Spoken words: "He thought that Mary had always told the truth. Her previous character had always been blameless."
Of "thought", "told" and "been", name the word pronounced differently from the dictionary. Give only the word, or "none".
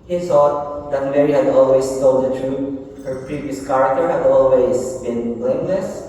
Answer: thought